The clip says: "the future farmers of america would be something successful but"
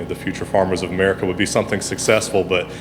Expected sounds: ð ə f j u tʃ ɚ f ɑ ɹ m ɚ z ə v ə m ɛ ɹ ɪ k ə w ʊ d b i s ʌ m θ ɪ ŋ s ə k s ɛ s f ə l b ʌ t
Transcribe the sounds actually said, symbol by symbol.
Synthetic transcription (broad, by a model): ð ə f j u tʃ ɚ f ɑ ɹ m ɚ z ə v ə m ɛ ɹ ɪ k ə w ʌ d b i s ʌ m θ ɪ ŋ s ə k s ɛ s f l b ʌ t